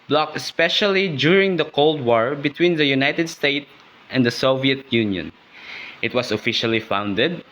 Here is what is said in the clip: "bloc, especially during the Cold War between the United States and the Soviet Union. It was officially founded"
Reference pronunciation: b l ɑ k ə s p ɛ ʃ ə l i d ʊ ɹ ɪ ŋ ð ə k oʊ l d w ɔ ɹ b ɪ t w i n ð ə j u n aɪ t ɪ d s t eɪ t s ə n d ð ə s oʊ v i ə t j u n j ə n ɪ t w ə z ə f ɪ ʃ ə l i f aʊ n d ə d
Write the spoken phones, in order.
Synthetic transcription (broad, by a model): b l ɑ k ə s p ɛ ʃ ə l i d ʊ ɹ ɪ ŋ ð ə k oʊ l d w ɔ ɹ b ɪ t w i n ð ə j u n aɪ t ɪ d s t eɪ t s ə n d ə s oʊ v i ə t j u n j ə n ɪ t w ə s ə f ɪ ʃ ə l i f aʊ n d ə d